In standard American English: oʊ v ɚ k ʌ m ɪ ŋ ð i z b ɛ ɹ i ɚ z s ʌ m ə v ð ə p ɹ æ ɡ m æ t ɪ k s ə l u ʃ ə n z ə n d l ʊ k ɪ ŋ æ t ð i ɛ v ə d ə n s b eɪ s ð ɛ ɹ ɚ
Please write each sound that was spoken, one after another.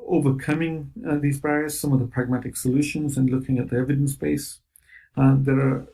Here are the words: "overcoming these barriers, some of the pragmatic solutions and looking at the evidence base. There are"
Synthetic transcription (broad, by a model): oʊ v ɚ k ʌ m ɪ ŋ ð i z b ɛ ɹ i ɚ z s ʌ m ə v ð ə p ɹ æ ɡ m æ t ɪ k s ə l u ʃ ə n z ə n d l ʊ k ɪ ŋ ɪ t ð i ɛ v ə d ə n s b eɪ s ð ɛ ɹ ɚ